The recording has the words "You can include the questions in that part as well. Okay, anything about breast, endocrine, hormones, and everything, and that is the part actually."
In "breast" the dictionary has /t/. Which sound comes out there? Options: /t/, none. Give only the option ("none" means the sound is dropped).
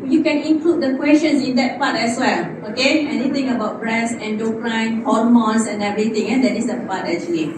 none